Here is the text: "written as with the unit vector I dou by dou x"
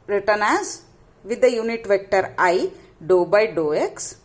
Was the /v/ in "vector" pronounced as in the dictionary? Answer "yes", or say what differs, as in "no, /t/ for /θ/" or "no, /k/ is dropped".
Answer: yes